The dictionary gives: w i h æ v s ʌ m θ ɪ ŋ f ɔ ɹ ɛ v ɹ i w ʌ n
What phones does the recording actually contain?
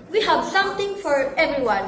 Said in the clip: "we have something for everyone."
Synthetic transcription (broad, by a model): w i h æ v s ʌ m t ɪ ŋ f ɔ ɹ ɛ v ɹ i w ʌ n